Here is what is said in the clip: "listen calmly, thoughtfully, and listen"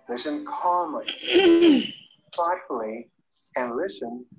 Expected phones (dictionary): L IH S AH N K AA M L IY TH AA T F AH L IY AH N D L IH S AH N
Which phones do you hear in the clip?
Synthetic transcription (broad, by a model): L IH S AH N K AA M L IY F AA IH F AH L IY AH N L IH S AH N